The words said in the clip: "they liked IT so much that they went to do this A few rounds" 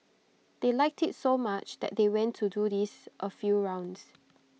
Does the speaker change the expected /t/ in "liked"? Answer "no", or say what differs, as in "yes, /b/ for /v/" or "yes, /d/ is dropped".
no